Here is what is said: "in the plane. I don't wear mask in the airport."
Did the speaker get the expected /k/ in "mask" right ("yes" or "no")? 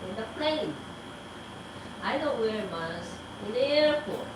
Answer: no